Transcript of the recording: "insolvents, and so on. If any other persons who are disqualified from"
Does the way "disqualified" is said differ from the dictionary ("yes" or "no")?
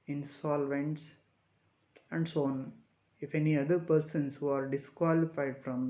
no